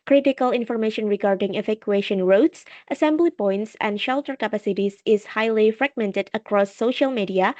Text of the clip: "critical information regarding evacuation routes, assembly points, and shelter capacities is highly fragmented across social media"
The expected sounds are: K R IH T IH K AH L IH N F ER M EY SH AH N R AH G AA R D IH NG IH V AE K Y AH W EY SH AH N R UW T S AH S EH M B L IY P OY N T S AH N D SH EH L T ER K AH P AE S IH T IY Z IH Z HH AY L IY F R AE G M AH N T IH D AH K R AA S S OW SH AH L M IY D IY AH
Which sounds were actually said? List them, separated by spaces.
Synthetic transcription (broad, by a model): K R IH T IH K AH L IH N F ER M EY SH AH N R AH G AA R D IH NG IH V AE K Y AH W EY SH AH N R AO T S AH S EH M B L IY P OY N T S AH N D SH EH L T ER K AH P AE S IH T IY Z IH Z HH AY L IY F R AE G M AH N T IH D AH K R AA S S OW SH AH L M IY D IY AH